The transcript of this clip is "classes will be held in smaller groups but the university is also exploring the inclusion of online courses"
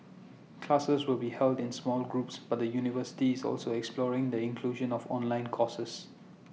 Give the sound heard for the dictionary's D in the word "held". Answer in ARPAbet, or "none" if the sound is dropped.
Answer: D